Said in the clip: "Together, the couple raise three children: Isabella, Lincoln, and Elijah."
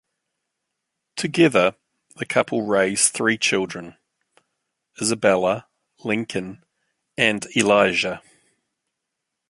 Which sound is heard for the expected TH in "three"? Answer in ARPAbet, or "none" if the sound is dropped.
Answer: TH